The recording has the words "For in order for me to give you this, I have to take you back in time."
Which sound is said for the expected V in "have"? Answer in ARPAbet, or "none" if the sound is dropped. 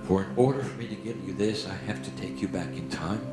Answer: F